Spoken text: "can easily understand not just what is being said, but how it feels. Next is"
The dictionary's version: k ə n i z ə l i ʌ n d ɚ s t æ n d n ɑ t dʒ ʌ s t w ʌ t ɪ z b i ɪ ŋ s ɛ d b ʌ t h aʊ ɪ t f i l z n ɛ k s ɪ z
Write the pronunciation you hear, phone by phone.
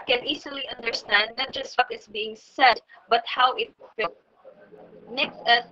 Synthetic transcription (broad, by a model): k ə n i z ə l i ʌ n d ɚ s t æ n d n ɑ t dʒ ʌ s t w ʌ t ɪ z b i ɪ ŋ s ɛ d b ʌ t h aʊ ɪ t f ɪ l n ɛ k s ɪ